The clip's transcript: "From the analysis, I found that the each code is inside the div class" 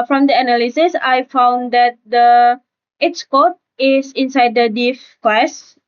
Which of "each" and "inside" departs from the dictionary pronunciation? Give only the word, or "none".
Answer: each